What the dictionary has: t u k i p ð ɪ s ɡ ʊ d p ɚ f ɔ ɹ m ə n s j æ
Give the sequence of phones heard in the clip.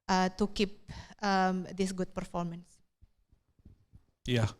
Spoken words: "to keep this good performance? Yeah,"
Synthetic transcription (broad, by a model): t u k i p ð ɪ s ɡ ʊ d p ɚ f ɔ ɹ m ə n s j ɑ